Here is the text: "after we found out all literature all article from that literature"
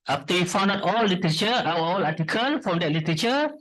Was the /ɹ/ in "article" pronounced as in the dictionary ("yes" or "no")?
no